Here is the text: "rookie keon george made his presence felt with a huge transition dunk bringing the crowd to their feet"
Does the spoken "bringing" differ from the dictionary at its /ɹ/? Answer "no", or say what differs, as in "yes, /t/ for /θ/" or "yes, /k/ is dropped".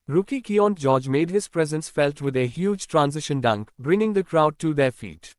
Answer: no